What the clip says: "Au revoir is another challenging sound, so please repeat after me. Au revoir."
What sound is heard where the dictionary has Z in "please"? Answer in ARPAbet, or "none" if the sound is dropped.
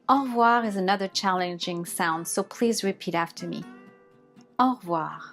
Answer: Z